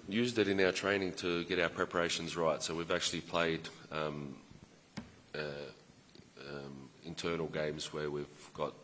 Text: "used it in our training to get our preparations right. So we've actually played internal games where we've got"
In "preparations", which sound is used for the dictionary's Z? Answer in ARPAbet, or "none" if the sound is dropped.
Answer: Z